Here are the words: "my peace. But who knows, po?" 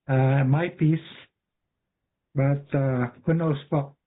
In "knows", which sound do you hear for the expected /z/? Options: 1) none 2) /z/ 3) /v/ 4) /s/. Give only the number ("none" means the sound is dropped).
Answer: 4